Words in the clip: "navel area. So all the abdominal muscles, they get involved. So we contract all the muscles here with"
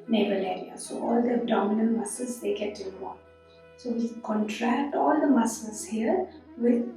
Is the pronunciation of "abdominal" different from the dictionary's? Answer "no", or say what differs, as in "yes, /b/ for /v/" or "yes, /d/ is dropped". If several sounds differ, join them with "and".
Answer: yes, /n/ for /l/